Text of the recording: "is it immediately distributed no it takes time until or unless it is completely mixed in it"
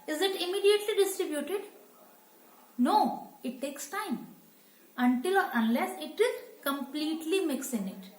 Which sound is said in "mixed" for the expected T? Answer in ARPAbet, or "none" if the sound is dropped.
none